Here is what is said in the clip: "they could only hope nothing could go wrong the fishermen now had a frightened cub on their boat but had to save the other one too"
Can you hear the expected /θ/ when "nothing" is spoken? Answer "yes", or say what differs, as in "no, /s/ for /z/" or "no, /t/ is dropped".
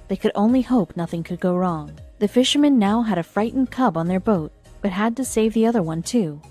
yes